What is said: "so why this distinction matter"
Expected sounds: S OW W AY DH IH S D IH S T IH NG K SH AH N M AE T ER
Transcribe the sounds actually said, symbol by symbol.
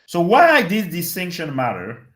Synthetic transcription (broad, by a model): S OW W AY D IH D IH S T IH NG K SH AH N M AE T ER